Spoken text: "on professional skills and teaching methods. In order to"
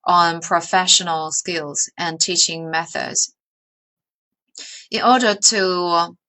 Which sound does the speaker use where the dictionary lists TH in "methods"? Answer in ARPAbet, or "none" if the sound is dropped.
TH